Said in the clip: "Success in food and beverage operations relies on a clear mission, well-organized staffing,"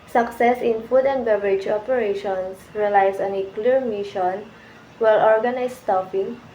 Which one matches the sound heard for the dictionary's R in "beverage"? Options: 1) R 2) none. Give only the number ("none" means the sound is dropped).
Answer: 1